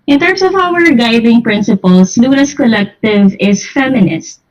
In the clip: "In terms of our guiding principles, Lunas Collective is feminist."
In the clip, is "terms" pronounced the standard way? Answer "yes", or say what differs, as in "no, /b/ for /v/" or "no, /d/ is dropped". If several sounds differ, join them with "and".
no, /s/ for /z/